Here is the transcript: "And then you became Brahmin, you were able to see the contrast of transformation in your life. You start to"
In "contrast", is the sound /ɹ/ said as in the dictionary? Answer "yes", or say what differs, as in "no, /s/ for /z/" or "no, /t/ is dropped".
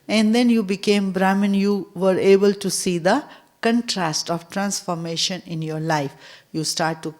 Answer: yes